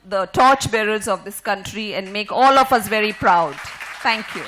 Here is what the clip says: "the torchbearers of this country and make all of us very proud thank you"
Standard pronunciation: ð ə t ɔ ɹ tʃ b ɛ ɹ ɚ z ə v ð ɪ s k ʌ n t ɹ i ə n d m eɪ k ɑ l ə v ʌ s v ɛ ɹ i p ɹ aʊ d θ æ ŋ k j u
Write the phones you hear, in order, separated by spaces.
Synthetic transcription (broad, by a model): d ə t ɔ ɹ tʃ b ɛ ɹ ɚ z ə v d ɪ s k ʌ n t ɹ i ə n d m eɪ k ɑ l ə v ʌ s v ɛ ɹ i p ɹ aʊ d t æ ŋ k j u